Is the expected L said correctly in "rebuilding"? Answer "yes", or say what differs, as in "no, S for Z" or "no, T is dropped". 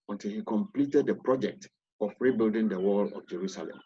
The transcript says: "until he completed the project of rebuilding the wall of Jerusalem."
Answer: yes